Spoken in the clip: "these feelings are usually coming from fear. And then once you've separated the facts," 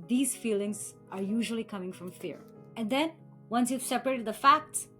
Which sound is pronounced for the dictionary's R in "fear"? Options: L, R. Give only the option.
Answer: R